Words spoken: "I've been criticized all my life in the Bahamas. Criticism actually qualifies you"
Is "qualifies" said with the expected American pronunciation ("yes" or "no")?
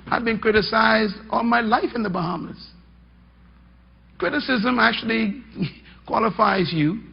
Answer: yes